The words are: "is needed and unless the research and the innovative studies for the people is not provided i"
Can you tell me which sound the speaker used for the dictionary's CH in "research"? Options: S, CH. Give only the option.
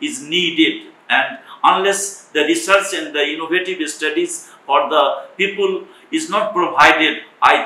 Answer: S